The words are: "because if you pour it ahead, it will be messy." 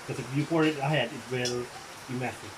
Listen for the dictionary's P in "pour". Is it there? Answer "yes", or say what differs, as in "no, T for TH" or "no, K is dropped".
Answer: no, F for P